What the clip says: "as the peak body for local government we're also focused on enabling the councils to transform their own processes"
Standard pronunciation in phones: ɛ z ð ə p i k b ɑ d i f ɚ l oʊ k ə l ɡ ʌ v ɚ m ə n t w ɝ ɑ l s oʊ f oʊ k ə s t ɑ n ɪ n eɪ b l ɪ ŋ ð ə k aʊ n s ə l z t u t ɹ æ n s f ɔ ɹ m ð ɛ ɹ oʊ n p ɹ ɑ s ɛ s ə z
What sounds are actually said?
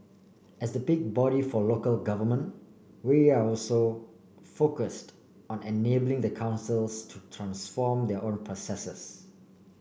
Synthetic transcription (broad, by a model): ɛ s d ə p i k b ɑ d i f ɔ l oʊ k ə l ɡ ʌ v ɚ m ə n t w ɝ ɑ l s oʊ f oʊ k ə s t ɑ n ɪ n eɪ b l ɪ ŋ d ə k aʊ n s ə l s t u t ɹ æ n s f ɔ m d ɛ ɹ oʊ n p ɹ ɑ s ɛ s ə s